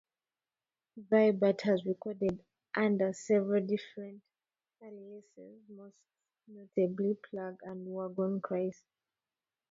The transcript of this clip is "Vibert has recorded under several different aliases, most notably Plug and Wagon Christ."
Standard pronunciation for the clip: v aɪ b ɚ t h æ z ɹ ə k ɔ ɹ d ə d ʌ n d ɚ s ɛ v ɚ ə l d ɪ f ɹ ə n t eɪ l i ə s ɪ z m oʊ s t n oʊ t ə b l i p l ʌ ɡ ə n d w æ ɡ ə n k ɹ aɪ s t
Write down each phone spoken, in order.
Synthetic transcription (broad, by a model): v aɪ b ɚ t h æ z ɹ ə k ɔ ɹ d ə d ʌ n d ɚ s ɛ v ɚ ə l d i f ɹ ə n t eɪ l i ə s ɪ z m oʊ s t n oʊ t ə b l i p l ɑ ɡ ə n d w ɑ ɡ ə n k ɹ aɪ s